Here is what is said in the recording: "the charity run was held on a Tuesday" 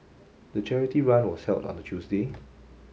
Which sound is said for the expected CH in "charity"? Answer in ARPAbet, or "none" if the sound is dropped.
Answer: CH